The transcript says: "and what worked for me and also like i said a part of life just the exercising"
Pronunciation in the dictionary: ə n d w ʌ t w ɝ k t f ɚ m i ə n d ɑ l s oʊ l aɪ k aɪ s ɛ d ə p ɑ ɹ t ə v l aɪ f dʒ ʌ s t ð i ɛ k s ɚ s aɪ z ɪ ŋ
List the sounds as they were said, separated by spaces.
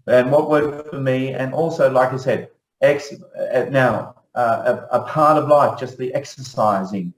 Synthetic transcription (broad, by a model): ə n w ʌ t w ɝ t f ɚ m i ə n ɑ l s oʊ l aɪ k aɪ s ɛ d ə p ɑ ɹ t ə v l aɪ f dʒ ʌ s t ð i ɛ k s ɚ s aɪ z ɪ ŋ